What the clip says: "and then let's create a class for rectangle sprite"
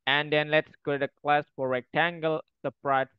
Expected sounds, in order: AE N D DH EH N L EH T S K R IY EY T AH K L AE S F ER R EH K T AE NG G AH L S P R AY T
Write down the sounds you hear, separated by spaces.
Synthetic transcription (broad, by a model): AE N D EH N L EH T S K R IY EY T AH K L AE S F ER R EH K T AE NG G AH L S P R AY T